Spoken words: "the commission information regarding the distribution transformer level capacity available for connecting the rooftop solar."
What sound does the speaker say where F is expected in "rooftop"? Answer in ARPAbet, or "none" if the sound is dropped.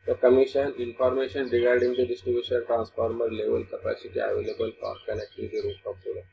none